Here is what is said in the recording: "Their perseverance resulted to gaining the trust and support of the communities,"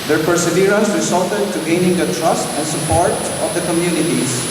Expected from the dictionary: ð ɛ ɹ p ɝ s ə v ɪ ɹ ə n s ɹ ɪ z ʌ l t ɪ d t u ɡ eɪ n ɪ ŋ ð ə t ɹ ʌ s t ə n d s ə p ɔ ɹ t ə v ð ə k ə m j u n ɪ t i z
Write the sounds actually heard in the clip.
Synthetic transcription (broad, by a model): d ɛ ɹ p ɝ s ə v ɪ ɹ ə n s w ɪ s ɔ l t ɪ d t u ɡ eɪ n ɪ ŋ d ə t ɹ ʌ s t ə n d s ə p ɔ ɹ t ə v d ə k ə m j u n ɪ t i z